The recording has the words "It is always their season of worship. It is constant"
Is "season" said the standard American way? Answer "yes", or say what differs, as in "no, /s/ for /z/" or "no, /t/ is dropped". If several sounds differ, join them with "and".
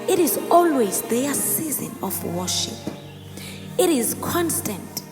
yes